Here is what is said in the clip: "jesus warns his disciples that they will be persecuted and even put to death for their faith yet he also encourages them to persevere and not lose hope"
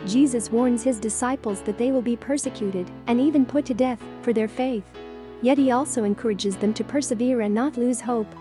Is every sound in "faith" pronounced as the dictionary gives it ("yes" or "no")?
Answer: yes